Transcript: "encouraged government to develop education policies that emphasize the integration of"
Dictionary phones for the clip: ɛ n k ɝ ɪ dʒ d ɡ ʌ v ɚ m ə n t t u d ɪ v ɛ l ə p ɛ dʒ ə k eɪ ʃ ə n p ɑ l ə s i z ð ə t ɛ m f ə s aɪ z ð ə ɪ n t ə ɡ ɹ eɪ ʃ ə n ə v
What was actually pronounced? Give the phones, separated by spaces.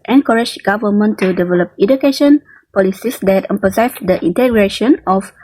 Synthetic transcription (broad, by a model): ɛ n k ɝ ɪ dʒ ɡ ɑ v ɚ m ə n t t u d ɪ v ɛ l ə p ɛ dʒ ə k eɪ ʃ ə n p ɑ l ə s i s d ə t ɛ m p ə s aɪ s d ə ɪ n t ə ɡ ɹ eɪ ʃ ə n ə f